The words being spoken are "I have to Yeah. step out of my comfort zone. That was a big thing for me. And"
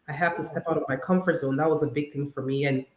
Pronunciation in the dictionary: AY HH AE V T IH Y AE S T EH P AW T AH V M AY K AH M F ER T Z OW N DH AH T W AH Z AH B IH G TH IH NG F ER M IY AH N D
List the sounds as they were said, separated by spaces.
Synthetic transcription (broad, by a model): AY HH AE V T IH S T EH P AW T AH V M AY K AH M F ER T S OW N DH AH T W AH Z AH B IH G TH IH NG F ER M IY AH N